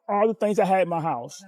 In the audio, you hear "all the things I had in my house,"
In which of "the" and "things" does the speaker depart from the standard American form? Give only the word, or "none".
none